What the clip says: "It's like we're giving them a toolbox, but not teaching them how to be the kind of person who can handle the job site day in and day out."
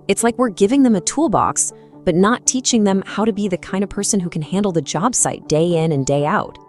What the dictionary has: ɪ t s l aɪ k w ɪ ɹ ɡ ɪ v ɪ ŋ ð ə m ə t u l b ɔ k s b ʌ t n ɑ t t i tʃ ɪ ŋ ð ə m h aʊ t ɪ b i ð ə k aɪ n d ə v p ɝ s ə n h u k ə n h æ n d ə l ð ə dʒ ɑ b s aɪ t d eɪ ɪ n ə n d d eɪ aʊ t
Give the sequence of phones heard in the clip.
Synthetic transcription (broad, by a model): ɪ t s l aɪ k w ɪ ɹ ɡ ɪ v ɪ ŋ ð ə m ə t u l b ɔ k s b ʌ t n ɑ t t i tʃ ɪ ŋ ð ə m h aʊ t ɪ b i ð ə k aɪ n d ə v p ɝ s ə n h u k n h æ n d l ð ə dʒ ɑ b s aɪ t d eɪ ɪ n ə n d d eɪ aʊ t